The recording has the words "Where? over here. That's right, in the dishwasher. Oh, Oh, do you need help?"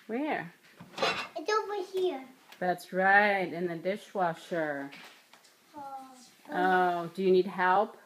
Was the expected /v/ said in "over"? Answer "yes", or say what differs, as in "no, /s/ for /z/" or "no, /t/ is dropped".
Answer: no, /w/ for /v/